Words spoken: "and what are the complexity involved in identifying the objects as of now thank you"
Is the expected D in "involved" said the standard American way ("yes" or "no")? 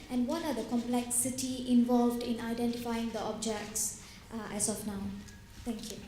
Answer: yes